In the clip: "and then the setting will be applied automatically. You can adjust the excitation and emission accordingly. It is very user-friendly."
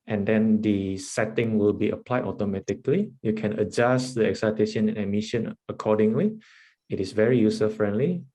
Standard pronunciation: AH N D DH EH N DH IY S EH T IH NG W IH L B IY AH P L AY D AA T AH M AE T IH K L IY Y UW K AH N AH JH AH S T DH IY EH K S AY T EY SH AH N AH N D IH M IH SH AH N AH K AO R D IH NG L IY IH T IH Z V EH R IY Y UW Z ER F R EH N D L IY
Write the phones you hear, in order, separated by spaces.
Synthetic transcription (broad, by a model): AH N D EH N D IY S EH T IH NG W IH L B IY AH P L AY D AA T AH M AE T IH K L IY Y UW K AH N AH JH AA S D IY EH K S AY T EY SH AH N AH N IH M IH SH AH N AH K AO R D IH NG L IY IH T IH S V EH R IY Y UW S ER F R EH N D L IY